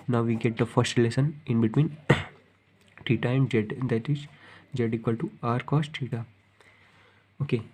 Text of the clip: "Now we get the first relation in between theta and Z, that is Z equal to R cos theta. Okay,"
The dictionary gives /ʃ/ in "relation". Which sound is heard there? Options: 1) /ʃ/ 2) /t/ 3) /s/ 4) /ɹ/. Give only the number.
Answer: 3